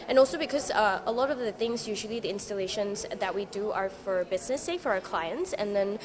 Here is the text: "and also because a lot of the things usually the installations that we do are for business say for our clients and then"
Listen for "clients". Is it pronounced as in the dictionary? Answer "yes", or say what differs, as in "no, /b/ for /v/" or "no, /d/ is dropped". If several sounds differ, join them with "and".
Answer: yes